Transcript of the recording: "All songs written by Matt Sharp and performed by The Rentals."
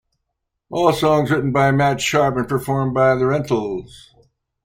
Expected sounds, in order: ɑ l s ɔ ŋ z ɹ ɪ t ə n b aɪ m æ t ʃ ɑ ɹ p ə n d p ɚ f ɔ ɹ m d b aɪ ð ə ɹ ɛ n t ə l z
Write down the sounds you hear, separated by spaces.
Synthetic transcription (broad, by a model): ɑ l s ɔ ŋ z ɹ ɪ t n b aɪ m æ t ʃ ɑ ɹ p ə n p ɚ f ɔ ɹ m b aɪ ð ə ɹ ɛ n t l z